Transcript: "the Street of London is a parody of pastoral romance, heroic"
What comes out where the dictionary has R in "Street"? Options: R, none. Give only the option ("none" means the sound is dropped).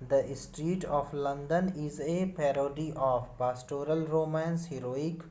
R